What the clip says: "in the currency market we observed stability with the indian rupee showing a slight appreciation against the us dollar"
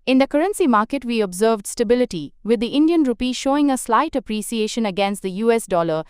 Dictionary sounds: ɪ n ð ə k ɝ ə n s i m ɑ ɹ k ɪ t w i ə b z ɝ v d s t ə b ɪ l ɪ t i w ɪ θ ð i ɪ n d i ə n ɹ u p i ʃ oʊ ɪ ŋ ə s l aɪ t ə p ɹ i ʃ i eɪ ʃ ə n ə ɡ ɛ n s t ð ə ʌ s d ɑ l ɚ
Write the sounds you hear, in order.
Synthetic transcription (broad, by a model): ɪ n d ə k ɝ ə n s i m ɑ ɹ k ɪ t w i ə b z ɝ v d s t ə b ɪ l ɪ t i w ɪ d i ɪ n d i ə n ɹ u p i ʃ oʊ ɪ ŋ ə s l aɪ t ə p ɹ i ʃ i eɪ ʃ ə n ə ɡ ɛ n s t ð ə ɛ s d ɑ l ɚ